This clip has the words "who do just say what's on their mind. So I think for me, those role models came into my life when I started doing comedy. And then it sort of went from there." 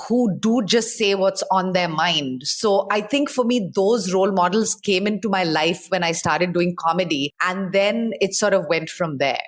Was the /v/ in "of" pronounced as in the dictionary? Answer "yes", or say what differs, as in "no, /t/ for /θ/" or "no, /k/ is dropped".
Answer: yes